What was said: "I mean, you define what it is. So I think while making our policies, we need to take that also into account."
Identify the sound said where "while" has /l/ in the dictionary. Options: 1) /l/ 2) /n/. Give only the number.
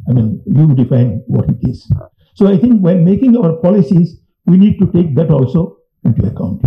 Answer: 2